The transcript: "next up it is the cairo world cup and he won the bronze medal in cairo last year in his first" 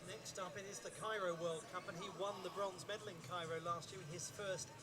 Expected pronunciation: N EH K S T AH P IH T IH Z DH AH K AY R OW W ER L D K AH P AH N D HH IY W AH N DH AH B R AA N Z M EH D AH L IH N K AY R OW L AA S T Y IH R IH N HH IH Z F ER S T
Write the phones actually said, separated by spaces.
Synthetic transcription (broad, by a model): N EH K S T AH P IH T IH Z DH AH K AY R OW W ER L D K AH P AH N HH IY W AH N DH AH B R AA N Z M EH D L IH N K AY R OW L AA S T Y IH R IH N IH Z F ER S T